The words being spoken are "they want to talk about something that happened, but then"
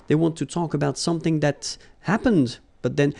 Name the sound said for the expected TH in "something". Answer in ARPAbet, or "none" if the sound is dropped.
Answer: TH